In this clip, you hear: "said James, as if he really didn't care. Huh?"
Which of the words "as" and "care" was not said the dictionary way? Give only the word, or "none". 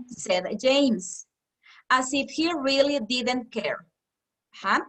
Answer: as